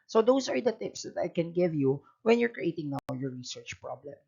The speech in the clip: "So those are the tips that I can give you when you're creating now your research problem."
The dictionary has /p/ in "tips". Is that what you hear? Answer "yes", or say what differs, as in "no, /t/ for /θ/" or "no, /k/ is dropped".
yes